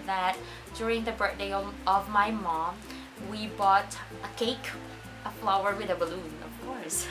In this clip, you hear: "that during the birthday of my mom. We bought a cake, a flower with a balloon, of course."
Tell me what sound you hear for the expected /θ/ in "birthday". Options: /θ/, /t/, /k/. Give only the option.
/t/